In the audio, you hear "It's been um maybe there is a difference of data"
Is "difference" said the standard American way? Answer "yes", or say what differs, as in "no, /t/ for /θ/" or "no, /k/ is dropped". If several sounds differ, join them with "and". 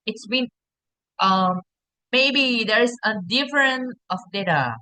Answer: no, /s/ is dropped